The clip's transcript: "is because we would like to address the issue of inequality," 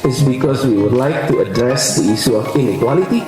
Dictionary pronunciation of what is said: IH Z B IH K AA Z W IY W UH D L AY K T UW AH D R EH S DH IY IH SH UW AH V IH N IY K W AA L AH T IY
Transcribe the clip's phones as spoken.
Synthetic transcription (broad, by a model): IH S B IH K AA S W IY W UH D L AY K T UW AH D R EH S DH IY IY S UW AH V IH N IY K W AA L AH T IY